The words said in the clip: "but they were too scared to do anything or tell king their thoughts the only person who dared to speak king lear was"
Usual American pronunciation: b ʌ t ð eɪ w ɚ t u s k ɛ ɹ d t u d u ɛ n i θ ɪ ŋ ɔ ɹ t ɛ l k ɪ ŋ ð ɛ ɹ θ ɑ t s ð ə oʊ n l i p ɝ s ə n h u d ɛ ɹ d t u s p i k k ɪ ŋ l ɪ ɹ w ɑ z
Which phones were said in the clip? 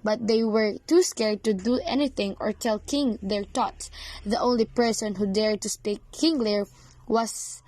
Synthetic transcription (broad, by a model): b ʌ t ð eɪ w ɚ t u s k ɛ ɹ d t u d u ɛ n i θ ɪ ŋ ɔ ɹ t ɛ l k ɪ ŋ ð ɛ ɹ t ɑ t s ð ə oʊ n l i p ɝ s ə n h u d ɛ ɹ d t u s p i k k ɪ ŋ l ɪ ɹ w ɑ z